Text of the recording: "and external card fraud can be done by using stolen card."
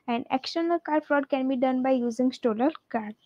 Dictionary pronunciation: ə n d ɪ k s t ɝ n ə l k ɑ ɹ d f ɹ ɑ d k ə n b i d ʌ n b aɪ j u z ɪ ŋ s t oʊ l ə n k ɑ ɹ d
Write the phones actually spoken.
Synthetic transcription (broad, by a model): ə n d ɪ k s t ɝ n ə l k ɑ ɹ d f ɹ ɑ d k ə n b i d ʌ n b aɪ j u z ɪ ŋ s t oʊ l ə l k ɑ ɹ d